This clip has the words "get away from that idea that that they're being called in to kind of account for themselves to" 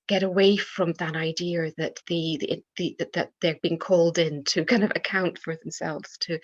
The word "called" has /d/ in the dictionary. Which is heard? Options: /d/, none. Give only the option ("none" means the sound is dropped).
/d/